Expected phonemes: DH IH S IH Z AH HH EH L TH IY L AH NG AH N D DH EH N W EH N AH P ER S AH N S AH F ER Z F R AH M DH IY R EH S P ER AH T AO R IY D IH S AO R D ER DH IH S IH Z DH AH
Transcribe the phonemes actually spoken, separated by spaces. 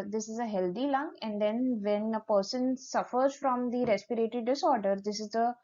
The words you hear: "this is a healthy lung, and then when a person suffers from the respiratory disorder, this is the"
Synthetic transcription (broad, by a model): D IH S IH Z AH HH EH L T IY L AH NG AH N D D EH N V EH N AH P ER S AH N S AH F ER Z F R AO M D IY R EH S P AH T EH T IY D IH S AO R D ER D IH S IH Z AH